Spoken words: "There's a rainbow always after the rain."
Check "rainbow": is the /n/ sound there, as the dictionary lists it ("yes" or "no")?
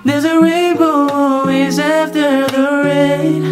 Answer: no